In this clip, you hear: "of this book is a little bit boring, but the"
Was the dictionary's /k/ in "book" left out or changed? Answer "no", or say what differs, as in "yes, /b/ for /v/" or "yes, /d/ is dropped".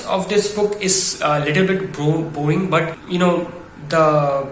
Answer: no